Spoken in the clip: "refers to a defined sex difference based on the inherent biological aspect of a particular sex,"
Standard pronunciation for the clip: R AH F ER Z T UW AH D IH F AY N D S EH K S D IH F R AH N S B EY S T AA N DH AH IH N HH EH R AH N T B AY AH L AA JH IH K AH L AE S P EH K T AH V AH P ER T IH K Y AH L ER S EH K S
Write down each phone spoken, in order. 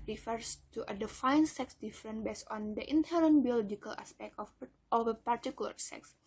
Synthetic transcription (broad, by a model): R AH F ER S T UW AH D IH F AY N S EH K S D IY F R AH N B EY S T AA N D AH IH N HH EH R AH N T B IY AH L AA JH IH K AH L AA S P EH K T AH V AH P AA T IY K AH L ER S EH K S